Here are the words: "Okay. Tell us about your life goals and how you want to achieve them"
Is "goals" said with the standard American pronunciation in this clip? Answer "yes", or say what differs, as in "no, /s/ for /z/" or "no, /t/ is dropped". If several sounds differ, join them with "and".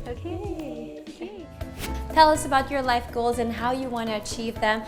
yes